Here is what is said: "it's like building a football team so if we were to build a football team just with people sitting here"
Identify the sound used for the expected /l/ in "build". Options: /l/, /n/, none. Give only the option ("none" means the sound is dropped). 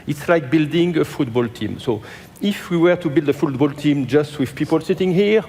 /l/